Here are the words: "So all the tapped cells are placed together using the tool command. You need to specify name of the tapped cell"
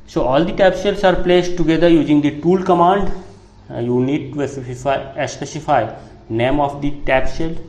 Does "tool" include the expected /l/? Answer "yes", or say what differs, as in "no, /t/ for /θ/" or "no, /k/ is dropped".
yes